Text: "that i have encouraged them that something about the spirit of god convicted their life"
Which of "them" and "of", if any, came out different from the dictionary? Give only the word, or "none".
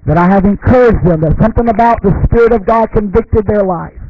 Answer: none